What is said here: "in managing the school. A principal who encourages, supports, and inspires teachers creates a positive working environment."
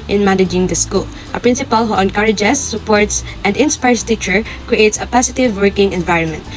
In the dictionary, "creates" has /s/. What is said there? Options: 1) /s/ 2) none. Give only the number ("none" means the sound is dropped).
1